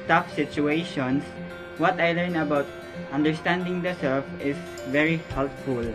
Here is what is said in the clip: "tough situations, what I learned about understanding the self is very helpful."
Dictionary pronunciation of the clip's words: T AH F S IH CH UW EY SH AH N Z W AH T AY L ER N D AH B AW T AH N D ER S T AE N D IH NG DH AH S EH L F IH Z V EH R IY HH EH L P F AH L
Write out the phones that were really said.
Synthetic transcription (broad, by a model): T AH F S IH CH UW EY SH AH N S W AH T AY L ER N AH B AW T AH N D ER S T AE N D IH NG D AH S EH L F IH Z V EH R IY HH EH L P F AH L